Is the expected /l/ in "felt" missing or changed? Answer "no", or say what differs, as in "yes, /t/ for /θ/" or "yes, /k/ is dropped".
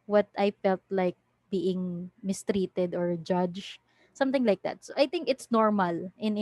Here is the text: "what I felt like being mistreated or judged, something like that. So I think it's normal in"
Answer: no